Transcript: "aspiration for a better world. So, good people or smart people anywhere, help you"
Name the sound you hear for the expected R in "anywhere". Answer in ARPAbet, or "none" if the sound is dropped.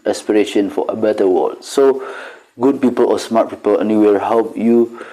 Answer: L